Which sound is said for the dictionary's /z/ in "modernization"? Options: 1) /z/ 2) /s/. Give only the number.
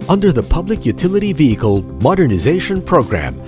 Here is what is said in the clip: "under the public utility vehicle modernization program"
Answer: 1